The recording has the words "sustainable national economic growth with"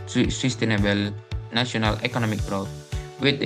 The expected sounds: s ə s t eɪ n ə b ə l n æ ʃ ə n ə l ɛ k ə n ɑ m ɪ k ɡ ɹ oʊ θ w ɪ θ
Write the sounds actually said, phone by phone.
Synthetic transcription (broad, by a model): s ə s t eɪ n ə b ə l n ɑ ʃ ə n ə l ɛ k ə n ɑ m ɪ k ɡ ɹ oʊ t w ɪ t